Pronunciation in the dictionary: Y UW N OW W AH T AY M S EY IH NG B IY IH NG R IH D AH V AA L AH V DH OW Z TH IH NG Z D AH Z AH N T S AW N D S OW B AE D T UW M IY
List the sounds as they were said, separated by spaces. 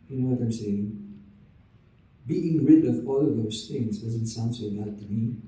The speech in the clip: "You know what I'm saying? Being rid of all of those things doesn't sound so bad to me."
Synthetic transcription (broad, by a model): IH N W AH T AY M S EY IH NG B IY IH NG R IH D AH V AA L AH V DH OW S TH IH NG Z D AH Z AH N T S AW N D S OW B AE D T UW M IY